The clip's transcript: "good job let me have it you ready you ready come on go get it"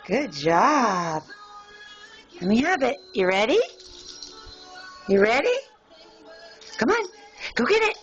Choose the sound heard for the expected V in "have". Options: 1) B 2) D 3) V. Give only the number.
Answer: 1